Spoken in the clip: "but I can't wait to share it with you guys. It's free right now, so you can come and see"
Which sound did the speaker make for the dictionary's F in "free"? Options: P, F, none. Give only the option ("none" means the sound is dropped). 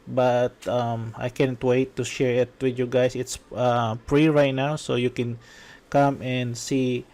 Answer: P